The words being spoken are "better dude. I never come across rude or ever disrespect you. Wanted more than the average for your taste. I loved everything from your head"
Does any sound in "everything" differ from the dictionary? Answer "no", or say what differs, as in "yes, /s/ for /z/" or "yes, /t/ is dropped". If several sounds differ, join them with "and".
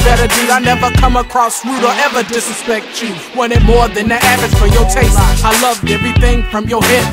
no